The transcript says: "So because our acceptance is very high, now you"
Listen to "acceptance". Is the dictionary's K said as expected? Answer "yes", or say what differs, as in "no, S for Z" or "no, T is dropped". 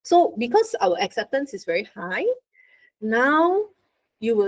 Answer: yes